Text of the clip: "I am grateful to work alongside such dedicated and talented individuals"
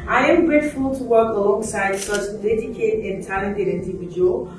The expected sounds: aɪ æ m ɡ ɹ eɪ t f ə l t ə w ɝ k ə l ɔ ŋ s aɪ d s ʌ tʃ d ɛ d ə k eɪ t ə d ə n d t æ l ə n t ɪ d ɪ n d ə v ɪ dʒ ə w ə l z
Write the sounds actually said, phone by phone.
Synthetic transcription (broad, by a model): aɪ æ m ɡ ɹ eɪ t f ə l t ə w ɝ k ə l ɔ ŋ s aɪ d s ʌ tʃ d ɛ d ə k eɪ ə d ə n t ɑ ə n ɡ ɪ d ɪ n d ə v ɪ dʒ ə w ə l